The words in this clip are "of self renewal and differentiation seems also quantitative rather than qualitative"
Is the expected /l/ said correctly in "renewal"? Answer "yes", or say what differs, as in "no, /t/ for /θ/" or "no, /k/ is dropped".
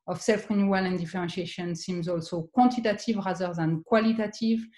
yes